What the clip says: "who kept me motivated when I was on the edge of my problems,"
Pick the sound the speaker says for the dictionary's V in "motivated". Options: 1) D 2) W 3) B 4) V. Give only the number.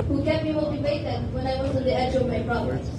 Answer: 3